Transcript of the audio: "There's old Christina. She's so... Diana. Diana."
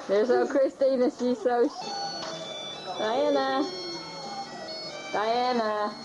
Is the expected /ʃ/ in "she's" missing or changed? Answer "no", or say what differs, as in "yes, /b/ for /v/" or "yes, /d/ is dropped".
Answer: yes, /s/ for /ʃ/